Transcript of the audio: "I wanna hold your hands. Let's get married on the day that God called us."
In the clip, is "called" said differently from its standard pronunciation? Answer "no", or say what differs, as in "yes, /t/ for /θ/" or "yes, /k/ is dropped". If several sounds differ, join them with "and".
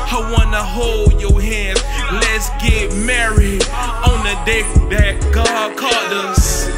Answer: yes, /l/ is dropped